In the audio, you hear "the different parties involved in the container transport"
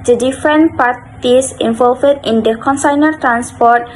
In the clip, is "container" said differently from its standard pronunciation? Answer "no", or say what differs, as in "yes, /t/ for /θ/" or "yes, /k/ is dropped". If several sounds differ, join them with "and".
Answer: yes, /s/ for /t/